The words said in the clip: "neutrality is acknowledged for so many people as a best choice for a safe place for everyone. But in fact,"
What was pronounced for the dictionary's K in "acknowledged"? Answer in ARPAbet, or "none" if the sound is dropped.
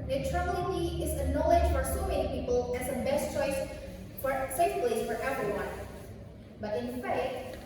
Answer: none